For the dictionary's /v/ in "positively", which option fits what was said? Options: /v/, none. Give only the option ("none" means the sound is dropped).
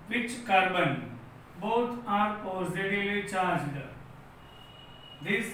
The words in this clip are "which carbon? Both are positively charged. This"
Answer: none